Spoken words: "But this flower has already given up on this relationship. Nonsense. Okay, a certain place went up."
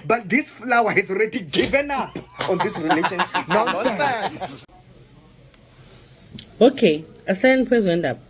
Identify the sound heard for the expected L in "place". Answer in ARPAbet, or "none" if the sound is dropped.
W